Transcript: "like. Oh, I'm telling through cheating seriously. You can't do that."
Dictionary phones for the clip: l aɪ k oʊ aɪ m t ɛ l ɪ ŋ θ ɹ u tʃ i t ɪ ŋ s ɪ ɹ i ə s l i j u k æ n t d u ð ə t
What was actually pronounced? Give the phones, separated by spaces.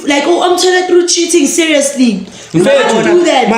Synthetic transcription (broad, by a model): l aɪ k oʊ aɪ m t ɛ n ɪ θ ɹ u tʃ i t ɪ ŋ s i ɹ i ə s l i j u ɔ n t d u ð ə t